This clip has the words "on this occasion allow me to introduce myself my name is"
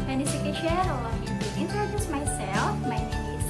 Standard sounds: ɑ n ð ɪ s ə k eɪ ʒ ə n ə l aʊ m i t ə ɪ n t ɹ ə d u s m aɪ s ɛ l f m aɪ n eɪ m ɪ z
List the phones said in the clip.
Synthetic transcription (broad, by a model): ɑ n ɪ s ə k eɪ ʃ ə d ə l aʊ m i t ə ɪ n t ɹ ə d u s m aɪ s ɛ l f m aɪ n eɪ ɪ